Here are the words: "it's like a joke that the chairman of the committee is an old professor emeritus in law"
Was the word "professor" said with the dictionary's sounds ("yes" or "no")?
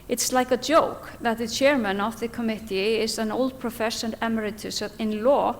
no